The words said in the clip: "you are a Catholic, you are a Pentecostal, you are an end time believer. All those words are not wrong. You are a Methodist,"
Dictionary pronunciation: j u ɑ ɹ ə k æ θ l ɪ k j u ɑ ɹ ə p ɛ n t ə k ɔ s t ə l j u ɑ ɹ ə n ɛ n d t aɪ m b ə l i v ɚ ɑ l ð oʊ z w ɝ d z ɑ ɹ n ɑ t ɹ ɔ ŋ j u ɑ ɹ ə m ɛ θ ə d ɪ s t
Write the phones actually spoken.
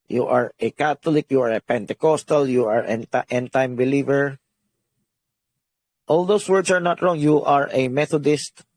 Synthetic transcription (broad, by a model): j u ɑ ɹ ə k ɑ t l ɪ k j u ɑ ɹ ə p ɛ n t ə k ɔ s t ə l j u ɑ ɹ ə n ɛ n t aɪ m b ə l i v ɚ ɑ l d oʊ s w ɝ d s ɑ ɹ n ɑ t ɹ ɔ ŋ j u ɑ ɹ ə m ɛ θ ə d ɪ s t